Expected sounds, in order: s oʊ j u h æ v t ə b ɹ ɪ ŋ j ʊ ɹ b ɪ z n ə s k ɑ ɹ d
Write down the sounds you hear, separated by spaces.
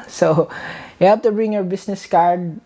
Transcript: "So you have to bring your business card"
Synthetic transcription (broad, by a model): s oʊ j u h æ p t ə b ɹ ɪ ŋ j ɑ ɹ b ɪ s n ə s k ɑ ɹ d